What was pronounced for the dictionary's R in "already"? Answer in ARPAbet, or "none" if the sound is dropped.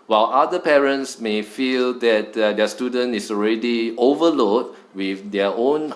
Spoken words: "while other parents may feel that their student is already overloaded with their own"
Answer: R